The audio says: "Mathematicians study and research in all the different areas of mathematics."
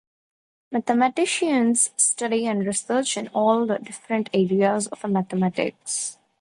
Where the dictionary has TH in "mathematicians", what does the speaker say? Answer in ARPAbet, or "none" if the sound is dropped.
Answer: T